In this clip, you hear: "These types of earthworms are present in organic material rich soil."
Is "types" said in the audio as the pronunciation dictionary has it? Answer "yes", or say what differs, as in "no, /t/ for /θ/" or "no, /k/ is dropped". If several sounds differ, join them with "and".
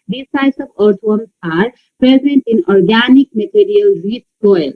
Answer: no, /p/ is dropped